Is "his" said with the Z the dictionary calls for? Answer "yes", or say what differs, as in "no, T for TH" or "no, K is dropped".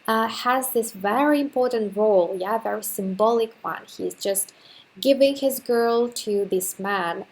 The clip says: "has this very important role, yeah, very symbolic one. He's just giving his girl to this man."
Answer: yes